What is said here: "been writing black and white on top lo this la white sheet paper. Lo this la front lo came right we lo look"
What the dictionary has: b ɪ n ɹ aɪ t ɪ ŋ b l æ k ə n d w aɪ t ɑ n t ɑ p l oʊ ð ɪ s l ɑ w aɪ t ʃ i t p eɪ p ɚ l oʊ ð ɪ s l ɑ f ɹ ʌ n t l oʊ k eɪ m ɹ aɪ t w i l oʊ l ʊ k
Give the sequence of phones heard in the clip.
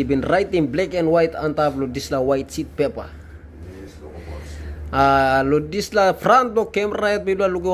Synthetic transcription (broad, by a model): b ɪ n ɹ aɪ t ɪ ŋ b l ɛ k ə n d w aɪ t ɑ n t ɑ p l oʊ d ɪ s l ɑ w aɪ t s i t p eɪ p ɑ l oʊ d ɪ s l ɑ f ɹ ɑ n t l oʊ k eɪ m ɹ aɪ t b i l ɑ l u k